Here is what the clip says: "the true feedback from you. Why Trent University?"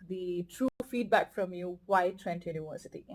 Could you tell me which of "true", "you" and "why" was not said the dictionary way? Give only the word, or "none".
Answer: none